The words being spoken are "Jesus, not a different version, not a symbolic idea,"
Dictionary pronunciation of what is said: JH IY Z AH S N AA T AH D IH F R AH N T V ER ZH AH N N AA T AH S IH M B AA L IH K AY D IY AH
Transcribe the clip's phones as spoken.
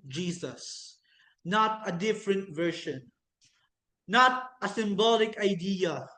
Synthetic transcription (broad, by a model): JH IY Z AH S N AA T AH D IH F R AH N T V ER SH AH N N AA T AH S IH M B AA L IH K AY D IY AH